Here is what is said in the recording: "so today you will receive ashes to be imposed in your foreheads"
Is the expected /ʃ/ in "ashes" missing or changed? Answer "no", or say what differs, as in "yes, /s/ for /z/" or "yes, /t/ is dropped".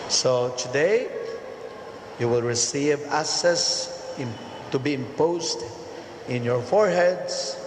yes, /s/ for /ʃ/